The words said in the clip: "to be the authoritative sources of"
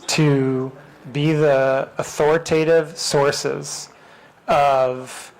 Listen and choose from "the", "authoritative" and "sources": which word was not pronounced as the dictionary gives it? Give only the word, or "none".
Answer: none